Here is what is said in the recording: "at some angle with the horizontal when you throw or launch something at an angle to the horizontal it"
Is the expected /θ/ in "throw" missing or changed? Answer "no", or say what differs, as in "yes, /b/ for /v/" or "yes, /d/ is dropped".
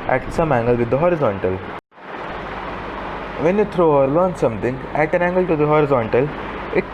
yes, /t/ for /θ/